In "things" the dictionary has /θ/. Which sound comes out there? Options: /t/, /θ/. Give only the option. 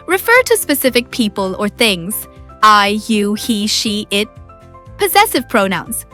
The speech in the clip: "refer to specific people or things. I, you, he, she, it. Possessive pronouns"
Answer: /θ/